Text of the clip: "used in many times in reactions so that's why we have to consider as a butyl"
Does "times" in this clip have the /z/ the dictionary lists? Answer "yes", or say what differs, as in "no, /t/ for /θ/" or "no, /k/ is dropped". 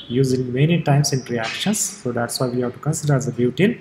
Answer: no, /s/ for /z/